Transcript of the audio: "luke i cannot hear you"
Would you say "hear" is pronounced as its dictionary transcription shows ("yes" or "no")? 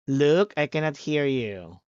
yes